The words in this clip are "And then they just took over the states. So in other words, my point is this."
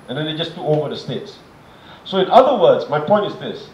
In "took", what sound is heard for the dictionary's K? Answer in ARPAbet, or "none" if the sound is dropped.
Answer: none